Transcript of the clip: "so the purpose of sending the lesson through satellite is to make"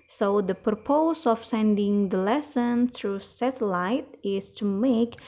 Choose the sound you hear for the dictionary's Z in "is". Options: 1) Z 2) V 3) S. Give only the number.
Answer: 3